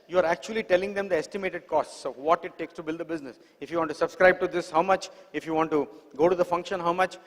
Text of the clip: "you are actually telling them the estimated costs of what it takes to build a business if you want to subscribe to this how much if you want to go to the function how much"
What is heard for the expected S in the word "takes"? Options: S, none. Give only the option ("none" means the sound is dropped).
S